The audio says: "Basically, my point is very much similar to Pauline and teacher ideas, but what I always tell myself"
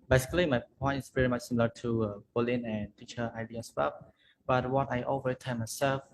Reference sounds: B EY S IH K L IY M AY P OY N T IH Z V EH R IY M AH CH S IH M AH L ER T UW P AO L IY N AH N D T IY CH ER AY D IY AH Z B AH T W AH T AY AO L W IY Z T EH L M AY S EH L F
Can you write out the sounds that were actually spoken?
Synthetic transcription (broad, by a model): B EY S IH K L IY M AY P OY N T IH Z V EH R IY M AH CH S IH M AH L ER T UW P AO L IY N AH N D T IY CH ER AY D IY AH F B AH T W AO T AY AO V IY T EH N M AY S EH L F